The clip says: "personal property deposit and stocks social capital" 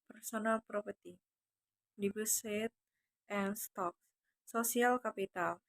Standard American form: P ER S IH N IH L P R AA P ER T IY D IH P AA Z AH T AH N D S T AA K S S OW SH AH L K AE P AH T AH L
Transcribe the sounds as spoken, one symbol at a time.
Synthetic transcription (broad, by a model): P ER S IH N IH L P R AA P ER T IY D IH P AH S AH T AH N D S T AA K S S OW S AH L K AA P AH T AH L